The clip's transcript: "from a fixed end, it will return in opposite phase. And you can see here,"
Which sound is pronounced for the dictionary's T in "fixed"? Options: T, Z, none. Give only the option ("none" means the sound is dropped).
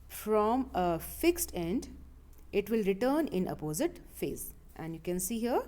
T